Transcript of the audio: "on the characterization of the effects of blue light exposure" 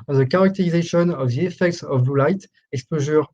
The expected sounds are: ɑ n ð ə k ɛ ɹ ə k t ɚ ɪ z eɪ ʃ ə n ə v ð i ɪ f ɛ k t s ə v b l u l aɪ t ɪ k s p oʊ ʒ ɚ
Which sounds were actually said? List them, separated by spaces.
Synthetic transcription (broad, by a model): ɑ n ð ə k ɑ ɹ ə k t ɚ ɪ z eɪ ʃ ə n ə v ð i ɪ f ɛ k t s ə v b u l aɪ t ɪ k s p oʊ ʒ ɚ